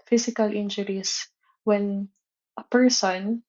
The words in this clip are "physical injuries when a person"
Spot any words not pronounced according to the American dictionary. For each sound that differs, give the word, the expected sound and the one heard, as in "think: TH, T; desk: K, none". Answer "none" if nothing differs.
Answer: injuries: Z, S